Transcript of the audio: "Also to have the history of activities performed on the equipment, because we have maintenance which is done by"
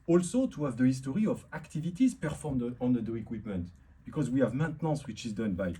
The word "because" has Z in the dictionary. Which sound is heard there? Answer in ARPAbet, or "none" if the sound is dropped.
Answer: Z